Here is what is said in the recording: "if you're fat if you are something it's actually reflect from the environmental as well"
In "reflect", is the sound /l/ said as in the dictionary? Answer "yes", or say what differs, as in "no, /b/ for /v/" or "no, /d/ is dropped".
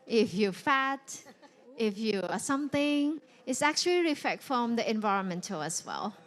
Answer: no, /l/ is dropped